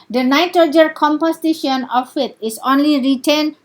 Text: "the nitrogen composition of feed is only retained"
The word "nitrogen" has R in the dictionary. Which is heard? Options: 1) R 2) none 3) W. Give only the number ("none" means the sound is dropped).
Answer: 2